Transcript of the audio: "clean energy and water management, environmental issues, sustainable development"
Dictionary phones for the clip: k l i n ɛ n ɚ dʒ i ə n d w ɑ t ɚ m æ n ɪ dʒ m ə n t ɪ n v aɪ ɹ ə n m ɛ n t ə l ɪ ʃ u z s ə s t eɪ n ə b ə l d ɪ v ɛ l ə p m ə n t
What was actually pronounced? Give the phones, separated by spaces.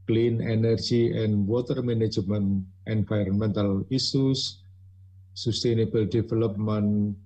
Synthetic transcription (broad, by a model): k l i n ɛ n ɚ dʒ i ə n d w ɑ t ɚ m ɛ n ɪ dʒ m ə n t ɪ n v aɪ ɹ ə n m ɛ n t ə l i s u s ə s t eɪ n ə b ə l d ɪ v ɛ l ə p m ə n